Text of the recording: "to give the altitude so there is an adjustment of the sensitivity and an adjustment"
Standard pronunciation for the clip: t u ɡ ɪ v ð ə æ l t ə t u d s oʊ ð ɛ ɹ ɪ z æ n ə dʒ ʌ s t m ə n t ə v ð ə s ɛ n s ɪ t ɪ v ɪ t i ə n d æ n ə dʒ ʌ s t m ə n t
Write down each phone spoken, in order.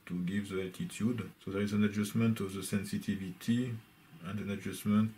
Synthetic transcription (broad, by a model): t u ɡ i v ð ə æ t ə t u d s oʊ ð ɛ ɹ ɪ z æ n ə dʒ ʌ s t m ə n t ə v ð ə s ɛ n s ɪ t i v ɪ t i ə n d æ n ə dʒ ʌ s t m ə n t